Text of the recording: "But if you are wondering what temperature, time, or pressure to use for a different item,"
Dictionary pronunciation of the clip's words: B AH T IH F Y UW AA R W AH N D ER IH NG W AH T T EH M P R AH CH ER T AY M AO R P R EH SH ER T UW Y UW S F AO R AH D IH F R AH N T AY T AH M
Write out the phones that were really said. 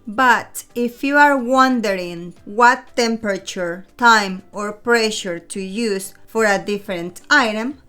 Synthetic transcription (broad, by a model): B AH T IH F Y UW AA R W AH N D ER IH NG W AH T T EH M P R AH CH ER T AY M AO R P R EH SH ER T UW Y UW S F AO R AH D IH F R AH N T AY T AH M